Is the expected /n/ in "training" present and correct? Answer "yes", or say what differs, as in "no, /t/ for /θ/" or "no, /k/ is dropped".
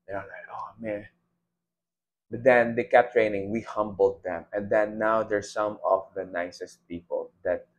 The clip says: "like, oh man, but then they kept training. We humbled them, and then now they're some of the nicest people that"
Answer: yes